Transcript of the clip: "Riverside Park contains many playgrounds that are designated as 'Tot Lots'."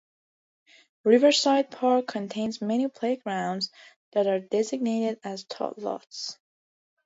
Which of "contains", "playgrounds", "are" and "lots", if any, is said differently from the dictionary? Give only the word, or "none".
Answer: none